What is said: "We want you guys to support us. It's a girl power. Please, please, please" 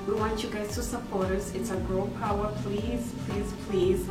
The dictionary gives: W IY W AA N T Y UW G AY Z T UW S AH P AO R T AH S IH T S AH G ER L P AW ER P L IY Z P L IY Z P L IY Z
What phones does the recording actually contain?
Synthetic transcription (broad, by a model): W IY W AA N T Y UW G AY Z T UW S AH P AO R T AH S IH T S AH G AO N P AW ER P L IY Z P L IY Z P L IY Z